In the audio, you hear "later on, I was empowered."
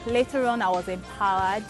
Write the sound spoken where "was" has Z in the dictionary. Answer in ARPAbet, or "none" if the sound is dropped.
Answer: Z